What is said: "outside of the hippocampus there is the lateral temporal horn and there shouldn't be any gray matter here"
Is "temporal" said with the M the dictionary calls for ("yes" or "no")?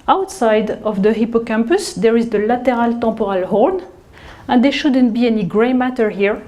no